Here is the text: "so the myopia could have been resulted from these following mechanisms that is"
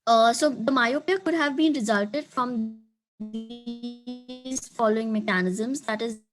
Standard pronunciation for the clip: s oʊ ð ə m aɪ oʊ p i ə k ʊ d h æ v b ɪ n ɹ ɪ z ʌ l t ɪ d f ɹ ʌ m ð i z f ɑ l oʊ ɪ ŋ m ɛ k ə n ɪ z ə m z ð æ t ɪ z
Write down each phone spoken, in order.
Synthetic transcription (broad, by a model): s oʊ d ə m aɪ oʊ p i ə k ʊ d h æ v b ɪ n ɹ ɪ z ʌ l t ɪ d f ɹ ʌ m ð i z f ɑ l oʊ ɪ ŋ m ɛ k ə n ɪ z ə m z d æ t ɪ z